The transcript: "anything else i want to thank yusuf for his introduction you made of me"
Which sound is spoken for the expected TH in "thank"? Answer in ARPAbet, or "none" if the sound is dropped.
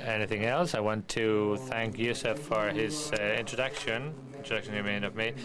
TH